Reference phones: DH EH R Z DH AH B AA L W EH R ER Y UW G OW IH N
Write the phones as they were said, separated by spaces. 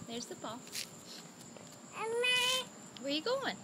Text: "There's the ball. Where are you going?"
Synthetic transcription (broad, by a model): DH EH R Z DH AH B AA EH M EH W ER Y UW G OW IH N